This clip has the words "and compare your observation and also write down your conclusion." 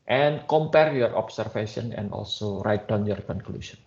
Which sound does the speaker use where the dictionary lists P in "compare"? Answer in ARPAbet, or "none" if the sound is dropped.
P